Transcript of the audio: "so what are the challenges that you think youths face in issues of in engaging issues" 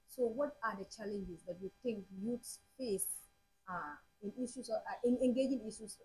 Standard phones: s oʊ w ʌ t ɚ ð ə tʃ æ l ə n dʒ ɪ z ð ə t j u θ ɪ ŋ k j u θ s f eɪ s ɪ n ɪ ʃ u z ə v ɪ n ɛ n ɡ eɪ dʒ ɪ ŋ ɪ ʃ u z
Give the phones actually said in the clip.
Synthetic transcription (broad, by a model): s oʊ w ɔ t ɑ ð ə tʃ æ l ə n dʒ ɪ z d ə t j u t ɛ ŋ k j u t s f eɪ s ɪ n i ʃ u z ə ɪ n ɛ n ɡ eɪ dʒ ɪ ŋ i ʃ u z